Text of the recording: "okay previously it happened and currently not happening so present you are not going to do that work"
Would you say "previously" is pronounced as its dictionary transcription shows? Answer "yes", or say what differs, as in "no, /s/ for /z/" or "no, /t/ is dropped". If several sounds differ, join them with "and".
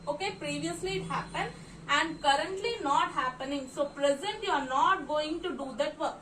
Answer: yes